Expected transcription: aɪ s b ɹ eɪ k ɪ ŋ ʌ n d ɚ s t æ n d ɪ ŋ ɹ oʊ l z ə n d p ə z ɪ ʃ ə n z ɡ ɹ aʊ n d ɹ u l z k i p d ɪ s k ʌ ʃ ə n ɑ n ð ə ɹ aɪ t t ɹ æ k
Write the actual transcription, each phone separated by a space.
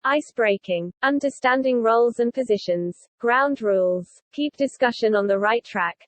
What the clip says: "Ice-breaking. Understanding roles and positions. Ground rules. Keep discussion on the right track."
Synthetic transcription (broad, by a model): aɪ s b ɹ eɪ k ɪ ŋ ʌ n d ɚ s t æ n d ɪ ŋ ɹ oʊ l z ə n p ə z ɪ ʃ ə n z ɡ ɹ aʊ n d ɹ u l z k i p d ɪ s k ʌ ʃ ə n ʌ n ð ə ɹ aɪ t t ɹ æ k